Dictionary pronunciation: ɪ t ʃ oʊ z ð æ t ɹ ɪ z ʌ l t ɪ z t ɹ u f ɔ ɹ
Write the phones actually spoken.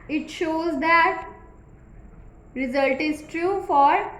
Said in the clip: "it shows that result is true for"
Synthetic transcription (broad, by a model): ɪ t ʃ oʊ z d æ t ɹ ɪ z ʌ l t ɪ z t ɹ u f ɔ ɹ